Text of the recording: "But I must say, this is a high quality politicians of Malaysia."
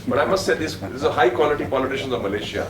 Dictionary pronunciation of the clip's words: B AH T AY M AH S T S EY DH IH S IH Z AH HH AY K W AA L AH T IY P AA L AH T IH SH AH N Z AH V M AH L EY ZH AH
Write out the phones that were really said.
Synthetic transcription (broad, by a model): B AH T AY M AH S T S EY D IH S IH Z AH HH AY K W AA L AH T IY P AA L AH T IH SH AH N Z AH V M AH L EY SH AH